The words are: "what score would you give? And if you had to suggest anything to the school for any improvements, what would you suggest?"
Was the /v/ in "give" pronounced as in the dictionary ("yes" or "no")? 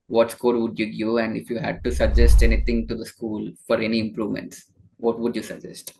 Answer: no